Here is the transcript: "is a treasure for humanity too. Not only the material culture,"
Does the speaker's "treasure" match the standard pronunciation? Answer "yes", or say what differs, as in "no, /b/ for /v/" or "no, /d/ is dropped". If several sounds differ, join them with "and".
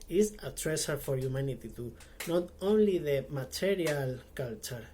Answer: no, /s/ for /ʒ/